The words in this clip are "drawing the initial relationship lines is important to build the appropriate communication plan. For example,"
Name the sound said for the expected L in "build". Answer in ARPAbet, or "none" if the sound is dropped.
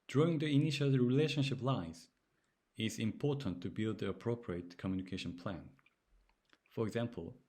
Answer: L